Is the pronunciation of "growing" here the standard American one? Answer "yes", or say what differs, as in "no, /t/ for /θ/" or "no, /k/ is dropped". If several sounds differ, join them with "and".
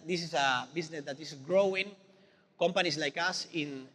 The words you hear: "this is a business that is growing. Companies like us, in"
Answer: yes